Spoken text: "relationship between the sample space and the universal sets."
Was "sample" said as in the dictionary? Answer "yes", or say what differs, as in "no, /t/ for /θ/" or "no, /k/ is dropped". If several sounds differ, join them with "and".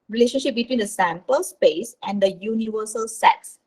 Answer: yes